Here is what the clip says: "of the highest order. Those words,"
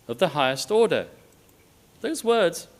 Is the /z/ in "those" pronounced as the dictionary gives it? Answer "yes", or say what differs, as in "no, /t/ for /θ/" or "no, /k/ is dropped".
yes